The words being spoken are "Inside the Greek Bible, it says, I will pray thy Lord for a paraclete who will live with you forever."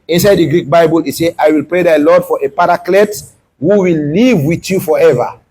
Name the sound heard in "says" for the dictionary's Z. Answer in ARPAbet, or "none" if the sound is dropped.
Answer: none